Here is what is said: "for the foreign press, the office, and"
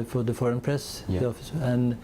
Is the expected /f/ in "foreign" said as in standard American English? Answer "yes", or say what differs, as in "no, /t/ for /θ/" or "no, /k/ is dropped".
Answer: yes